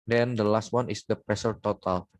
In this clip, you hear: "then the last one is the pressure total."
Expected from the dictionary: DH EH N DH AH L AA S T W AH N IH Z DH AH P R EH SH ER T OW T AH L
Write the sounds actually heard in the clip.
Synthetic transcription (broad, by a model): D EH N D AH L AA S T W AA N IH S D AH P R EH S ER T OW T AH L